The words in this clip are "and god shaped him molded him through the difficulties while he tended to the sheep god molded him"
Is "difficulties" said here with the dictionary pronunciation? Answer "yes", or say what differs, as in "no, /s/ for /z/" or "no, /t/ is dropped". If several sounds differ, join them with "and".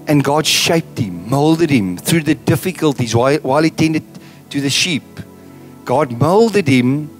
yes